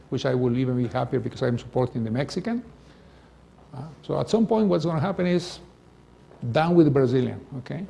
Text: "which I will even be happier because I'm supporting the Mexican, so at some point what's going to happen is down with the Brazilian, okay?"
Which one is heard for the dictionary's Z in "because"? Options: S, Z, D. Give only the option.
S